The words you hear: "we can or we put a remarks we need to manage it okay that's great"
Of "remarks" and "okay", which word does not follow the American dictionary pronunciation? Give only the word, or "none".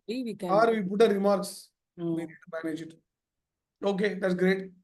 none